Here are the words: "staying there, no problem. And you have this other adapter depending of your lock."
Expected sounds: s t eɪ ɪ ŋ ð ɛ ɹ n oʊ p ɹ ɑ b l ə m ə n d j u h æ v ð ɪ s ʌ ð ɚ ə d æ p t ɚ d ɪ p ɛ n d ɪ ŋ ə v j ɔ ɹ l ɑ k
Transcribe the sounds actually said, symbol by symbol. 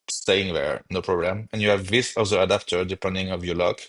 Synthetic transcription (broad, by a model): s t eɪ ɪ ŋ ð ɛ ɹ n oʊ p ɹ ɑ b l ə m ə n j u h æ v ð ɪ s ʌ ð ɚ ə d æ p t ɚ d ɪ p ɛ n d ɪ ŋ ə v j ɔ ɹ l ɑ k